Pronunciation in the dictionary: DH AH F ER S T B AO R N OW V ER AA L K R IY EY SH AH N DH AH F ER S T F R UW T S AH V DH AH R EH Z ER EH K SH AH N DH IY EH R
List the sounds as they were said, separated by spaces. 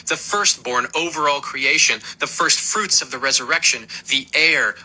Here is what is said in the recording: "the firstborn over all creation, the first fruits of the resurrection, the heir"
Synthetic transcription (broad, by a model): DH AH F ER S T B AO R N OW V ER AA L K R IY EY SH AH N DH AH F ER S T F R UW T S AH V DH AH R EH Z ER EH K SH AH N DH IY EH R